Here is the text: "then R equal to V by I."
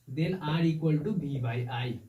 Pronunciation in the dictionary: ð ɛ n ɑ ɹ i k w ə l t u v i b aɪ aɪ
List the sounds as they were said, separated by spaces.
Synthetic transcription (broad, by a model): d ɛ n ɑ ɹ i k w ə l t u b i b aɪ aɪ